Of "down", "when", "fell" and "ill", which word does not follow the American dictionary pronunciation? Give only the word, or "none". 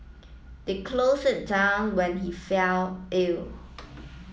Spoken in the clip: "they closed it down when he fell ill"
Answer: none